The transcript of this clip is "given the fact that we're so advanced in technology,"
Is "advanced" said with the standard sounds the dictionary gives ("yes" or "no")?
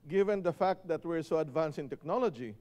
no